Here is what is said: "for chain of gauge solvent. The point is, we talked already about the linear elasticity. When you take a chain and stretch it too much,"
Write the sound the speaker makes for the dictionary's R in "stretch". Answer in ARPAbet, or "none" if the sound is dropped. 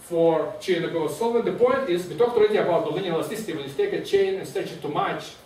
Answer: none